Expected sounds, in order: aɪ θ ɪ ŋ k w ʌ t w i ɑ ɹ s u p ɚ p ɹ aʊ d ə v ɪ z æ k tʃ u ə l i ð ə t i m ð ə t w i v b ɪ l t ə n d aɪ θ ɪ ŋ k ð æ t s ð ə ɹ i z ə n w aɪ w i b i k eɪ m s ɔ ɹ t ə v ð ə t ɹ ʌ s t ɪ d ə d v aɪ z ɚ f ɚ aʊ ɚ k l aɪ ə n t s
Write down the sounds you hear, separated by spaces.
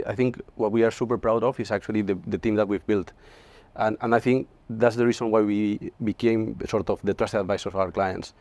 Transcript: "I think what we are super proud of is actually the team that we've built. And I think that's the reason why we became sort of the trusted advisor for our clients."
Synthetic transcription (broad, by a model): aɪ θ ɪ ŋ k w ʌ t w i ɑ ɹ s u p ɚ p ɹ aʊ d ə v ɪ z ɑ k tʃ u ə l i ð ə t i m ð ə t w i v b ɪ l t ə n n aɪ θ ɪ ŋ k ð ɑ t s ð ə ɹ i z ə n w aɪ w i b i k eɪ m s ɔ ɹ t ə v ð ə t ɹ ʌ s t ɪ ə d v aɪ s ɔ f aʊ ɚ k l aɪ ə n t s